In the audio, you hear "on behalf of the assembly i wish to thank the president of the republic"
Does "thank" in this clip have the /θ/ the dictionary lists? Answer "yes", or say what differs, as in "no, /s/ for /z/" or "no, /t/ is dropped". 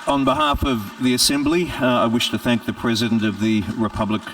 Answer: yes